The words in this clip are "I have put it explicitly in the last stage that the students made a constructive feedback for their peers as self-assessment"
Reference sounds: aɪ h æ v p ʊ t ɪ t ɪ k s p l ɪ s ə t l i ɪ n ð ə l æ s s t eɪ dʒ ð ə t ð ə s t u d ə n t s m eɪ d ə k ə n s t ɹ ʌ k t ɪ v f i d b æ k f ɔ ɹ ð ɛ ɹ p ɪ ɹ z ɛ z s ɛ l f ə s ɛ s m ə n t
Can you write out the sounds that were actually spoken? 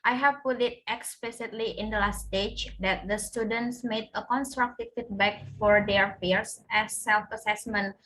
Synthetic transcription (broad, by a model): aɪ h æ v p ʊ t ɪ t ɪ k s p l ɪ s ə t l i ɪ n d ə l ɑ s s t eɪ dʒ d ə t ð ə s t u d ə n t s m eɪ d ə k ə n s t ɹ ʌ k t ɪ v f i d b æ k f ɔ ɹ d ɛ ɹ f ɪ ɹ s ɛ s ɛ l f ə s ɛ s m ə n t